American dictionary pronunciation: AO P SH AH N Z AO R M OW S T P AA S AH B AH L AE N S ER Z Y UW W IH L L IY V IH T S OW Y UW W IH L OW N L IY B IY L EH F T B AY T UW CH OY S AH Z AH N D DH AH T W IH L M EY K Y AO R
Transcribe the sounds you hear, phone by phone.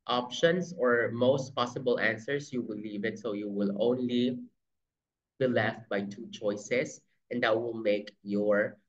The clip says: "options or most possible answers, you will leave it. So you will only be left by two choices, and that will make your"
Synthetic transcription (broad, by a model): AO P SH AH N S AO R M OW S T P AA S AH B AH L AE N S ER S Y UW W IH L L IY V IH T S OW Y UW W IH L OW N L IY B IY L EH F T B AY T UW CH OY S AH S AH N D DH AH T W IH L M EY K Y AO R